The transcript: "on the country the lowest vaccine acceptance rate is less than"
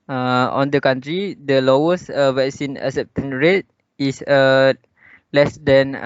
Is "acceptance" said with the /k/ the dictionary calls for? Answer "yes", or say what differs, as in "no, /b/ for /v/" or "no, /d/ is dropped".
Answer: no, /k/ is dropped